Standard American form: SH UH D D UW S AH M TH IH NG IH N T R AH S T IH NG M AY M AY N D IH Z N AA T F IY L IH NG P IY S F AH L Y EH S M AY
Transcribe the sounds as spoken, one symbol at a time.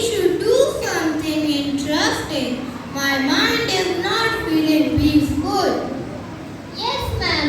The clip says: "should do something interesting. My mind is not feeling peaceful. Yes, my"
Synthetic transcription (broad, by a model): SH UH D D UW S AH M T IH NG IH N T R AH S T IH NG M AY M AY N D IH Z N AA T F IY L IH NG B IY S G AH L Y EH S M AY